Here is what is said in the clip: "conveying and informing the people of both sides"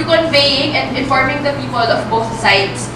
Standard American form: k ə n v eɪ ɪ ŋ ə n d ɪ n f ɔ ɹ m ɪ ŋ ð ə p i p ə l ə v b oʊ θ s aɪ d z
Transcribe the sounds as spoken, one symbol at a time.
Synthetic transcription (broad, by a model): k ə n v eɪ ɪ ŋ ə n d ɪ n f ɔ ɹ m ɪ ŋ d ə p i p ə l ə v b oʊ t s aɪ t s